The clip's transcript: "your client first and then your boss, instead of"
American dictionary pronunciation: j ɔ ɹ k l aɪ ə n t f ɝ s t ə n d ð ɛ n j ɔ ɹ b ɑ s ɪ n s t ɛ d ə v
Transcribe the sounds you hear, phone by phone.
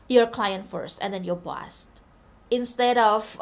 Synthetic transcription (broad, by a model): j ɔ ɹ k l aɪ ə n t f ɝ s t ə n d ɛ n j ɔ ɹ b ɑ s ɪ n s t ɛ d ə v